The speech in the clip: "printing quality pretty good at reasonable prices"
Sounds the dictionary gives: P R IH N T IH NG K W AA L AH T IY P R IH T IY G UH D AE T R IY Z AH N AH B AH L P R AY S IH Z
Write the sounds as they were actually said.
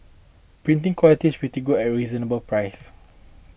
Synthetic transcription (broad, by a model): P R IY N T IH NG K W AA L AH T IY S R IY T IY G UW EH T R IY Z AH N AH B AH L P R AY S